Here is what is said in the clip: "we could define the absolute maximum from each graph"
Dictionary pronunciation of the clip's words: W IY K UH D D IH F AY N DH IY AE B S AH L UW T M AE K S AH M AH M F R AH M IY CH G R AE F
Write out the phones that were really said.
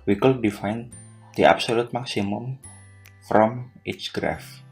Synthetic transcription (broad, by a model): W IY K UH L D IH F AY N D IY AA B S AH L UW T M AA K S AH M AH M F R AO M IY S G R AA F